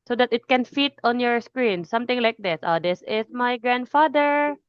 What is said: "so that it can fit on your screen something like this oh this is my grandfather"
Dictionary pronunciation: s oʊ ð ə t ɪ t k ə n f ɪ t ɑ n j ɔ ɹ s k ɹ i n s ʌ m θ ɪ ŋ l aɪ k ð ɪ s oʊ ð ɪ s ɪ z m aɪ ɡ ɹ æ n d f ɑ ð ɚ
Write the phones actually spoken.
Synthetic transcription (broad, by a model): s oʊ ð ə t ɪ t k ə n f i t ɑ n j ɔ ɹ s k ɹ i n s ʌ m t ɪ ŋ l aɪ k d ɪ s oʊ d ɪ s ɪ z m aɪ ɡ ɹ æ n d f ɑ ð ɚ